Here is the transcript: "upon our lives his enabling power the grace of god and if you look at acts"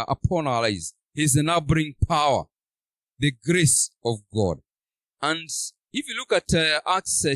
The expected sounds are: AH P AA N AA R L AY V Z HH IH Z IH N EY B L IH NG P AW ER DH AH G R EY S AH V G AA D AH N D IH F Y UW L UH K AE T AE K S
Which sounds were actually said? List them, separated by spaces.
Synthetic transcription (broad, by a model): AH P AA N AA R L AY Z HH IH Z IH N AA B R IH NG P AW ER DH AH G R EY S AH V G AA D AH N D IH F Y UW L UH K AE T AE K S